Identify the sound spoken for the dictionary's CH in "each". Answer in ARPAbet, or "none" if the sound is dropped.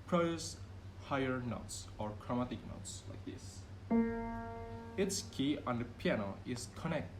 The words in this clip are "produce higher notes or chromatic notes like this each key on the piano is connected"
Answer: S